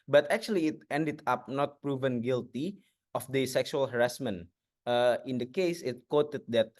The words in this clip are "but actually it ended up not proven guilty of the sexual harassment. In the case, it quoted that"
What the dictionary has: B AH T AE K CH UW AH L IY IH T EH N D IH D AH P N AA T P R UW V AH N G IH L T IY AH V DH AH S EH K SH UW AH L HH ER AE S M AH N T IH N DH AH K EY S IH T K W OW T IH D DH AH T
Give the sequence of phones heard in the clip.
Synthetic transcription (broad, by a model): B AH T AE K CH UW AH L IY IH T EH N D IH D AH P N AA T P R UW V AH N G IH L T IY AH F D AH S EH K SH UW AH L HH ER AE S M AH N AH IH N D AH K EY S IH T K W OW T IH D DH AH T